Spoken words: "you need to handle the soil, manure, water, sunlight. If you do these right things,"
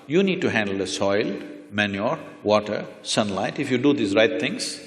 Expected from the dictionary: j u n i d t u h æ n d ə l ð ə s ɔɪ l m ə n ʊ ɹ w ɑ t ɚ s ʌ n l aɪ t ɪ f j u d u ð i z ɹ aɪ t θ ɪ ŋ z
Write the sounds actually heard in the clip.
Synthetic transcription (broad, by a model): j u n i d t u h æ n d ə l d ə s ɔɪ l m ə n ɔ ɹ w ɑ t ɚ s ʌ n l aɪ t ɪ f j u d u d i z ɹ aɪ t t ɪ ŋ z